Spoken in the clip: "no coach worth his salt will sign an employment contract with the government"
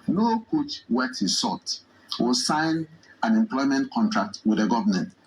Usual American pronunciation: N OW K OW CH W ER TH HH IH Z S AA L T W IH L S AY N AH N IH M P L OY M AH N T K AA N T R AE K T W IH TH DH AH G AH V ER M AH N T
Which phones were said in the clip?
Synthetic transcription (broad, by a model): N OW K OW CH W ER T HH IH S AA T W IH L S AY N AH N IH M P L OY M AH N T K AA N T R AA K T W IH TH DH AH G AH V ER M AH N T